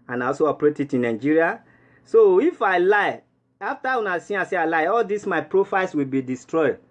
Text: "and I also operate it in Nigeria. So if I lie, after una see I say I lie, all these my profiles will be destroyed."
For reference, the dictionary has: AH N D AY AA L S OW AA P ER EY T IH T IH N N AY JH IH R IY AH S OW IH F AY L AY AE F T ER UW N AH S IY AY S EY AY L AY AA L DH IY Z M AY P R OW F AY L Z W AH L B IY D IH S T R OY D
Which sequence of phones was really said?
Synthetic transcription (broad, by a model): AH N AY AA L S OW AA P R EY T IH T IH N N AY JH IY R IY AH S OW IH F AY L AY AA F T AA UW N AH S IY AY S EY AY L AY AA L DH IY S M AY P R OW F AY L S W AH L B IY D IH S T R OY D